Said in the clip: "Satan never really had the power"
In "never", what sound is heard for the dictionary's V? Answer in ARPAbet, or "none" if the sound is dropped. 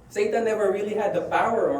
V